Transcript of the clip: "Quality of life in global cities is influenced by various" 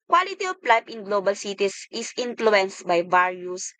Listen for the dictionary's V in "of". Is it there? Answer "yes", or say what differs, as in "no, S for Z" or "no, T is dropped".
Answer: no, P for V